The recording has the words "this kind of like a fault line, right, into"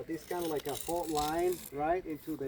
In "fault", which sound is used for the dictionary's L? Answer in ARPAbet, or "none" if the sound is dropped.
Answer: none